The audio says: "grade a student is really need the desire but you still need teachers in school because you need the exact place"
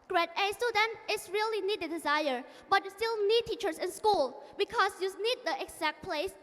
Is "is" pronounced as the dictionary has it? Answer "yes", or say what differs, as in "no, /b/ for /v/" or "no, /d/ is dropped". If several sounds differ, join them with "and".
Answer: no, /s/ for /z/